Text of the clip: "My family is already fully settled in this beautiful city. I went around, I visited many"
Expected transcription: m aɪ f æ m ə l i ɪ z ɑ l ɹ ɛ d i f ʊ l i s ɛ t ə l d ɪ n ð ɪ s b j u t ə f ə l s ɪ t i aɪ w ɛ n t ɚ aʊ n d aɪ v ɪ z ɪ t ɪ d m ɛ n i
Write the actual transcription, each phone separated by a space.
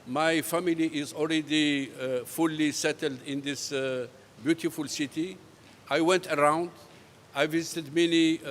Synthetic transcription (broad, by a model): m aɪ f æ m ə l i ɪ z ɑ l ɹ ɛ d i f ʊ l i s ɛ t ə l d ɪ n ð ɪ s b j u t ə f ə l s ɪ t i aɪ w ɛ n t ɚ aʊ n d aɪ v ɪ z ɪ t ɪ d m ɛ n i